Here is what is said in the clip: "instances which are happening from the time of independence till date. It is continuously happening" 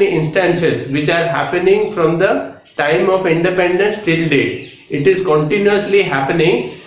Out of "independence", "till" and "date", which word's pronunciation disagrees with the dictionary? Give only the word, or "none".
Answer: date